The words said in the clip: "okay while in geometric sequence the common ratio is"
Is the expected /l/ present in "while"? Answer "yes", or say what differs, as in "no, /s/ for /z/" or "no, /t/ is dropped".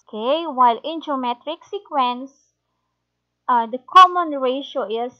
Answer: yes